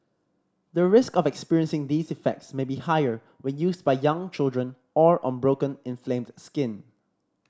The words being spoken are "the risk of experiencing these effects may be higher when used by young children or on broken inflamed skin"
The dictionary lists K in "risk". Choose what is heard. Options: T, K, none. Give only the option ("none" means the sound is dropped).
K